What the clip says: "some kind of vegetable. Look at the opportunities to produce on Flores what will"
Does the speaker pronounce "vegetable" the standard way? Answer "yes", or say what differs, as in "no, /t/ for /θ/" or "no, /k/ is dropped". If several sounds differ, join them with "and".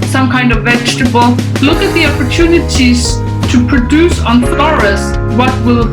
yes